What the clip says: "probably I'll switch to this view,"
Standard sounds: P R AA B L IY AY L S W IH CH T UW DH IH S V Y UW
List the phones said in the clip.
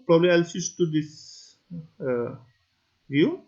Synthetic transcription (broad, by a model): P R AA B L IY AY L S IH S T UW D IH S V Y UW